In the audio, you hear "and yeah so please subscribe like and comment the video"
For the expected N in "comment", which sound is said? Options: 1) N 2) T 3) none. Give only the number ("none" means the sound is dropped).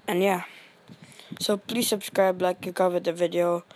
3